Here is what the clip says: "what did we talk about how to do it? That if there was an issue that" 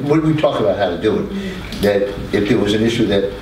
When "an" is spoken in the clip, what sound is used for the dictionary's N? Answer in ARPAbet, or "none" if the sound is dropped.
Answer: N